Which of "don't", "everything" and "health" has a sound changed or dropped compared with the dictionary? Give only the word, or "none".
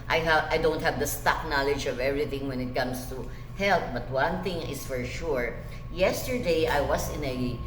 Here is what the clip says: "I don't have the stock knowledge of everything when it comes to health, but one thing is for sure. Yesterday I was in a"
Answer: health